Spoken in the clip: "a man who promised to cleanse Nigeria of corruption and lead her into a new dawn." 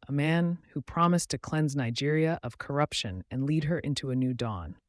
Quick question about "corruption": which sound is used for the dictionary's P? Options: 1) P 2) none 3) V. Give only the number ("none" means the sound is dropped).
1